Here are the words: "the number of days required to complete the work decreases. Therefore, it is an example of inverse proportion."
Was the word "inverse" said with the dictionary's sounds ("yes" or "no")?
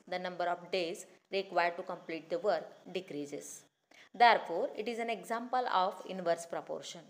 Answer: yes